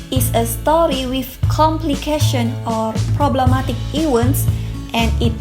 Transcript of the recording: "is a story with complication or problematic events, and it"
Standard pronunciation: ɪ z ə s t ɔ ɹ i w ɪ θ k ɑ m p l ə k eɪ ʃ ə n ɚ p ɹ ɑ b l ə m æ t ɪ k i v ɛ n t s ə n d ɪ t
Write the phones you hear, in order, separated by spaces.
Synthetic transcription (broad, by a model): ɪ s ə s t ɔ ɹ i w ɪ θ k ɑ m p l ə k eɪ ʃ ə n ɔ p ɹ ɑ b l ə m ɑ t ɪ k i w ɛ n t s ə n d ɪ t